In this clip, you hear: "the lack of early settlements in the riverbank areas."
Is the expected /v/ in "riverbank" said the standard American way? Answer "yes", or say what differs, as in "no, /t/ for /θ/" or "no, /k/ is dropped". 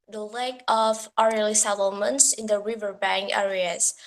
yes